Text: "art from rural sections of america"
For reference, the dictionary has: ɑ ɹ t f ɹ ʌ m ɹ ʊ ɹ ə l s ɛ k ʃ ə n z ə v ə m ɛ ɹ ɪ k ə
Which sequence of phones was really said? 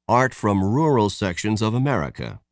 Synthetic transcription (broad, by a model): ɑ ɹ t f ɹ ʌ m ɹ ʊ ɹ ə l s ɛ k ʃ ə n z ə v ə m ɛ ɹ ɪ k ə